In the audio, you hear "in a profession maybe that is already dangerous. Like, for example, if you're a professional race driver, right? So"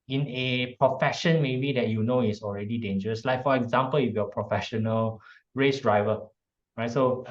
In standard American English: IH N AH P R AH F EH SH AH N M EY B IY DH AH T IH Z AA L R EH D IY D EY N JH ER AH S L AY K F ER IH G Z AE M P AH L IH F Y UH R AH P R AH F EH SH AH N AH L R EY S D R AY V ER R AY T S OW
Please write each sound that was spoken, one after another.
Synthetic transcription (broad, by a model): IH N AH P R AH F EH SH AH N M EY B IY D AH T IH S AA L R EH D IY D EY N JH ER AH S L AY K F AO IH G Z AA M P AH L IH F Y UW AH P R AH F EH SH AH N AH L R EY S D R AY V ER R AY T S OW